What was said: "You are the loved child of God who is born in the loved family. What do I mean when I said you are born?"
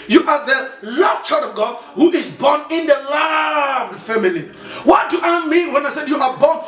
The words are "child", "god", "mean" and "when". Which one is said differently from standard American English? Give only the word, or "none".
child